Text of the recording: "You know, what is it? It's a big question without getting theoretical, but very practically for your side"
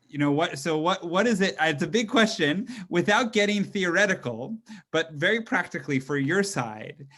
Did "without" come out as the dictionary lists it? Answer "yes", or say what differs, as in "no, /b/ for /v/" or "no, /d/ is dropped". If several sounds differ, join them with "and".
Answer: yes